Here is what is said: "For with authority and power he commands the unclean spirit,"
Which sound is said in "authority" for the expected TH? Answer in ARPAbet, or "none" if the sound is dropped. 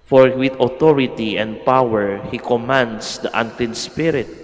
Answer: T